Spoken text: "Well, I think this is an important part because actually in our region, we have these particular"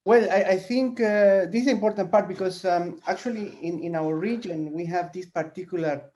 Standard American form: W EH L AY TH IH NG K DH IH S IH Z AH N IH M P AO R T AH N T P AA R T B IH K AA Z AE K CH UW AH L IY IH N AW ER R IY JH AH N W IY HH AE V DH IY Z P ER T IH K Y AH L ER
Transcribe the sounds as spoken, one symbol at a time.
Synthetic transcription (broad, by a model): W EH L AY TH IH NG K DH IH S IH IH M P AO R T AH N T P AA R T B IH K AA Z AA K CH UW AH L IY IH N AW ER R IY JH AH N W IY HH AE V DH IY S P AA T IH K Y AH L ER